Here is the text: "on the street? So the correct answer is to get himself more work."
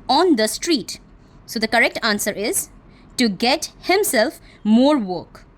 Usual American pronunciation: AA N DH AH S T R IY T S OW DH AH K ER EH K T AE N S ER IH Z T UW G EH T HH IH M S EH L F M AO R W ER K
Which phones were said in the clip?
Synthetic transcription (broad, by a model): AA N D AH S T R IY T S OW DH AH K ER EH K T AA N S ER IH Z T UW G EH T HH IH M S EH L F M AO R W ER K